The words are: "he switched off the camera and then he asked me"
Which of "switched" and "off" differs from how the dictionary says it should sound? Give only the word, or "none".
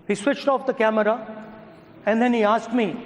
none